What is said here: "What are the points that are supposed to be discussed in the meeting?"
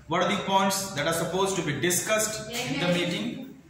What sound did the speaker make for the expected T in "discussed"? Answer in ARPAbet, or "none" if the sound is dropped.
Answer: T